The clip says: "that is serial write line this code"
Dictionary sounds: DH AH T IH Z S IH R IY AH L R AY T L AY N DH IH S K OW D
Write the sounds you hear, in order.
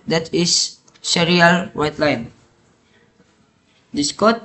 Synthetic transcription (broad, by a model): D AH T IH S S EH R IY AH L W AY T L AY N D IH S K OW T